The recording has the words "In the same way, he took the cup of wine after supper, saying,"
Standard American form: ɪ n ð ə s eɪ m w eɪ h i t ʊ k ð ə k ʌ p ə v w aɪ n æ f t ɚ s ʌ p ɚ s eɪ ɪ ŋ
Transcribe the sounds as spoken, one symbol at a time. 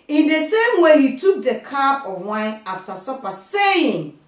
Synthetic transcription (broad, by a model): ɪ n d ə s eɪ m w eɪ h i t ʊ k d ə k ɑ b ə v w aɪ n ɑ f t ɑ s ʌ p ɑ s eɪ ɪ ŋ